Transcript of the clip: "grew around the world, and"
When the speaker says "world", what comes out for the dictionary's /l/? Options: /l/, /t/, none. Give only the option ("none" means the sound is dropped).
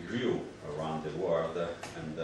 none